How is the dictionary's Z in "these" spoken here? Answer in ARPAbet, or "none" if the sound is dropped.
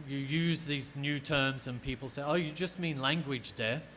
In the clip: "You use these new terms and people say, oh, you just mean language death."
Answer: Z